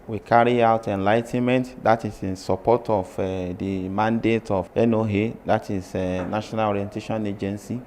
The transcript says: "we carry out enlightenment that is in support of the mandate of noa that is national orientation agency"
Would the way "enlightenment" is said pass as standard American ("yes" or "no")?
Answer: yes